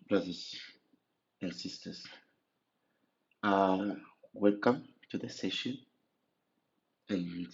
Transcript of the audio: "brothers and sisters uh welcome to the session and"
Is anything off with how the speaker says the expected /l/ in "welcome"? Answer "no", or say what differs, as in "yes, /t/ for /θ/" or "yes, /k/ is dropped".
no